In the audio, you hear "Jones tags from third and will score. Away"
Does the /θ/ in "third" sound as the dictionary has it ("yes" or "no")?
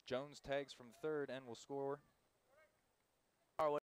yes